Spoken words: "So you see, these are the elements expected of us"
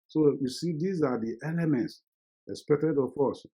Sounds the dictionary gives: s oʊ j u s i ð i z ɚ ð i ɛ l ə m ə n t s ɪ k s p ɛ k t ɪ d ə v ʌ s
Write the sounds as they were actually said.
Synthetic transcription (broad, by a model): s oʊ j u s i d i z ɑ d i ɛ l ə m ə n t s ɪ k s p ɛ k t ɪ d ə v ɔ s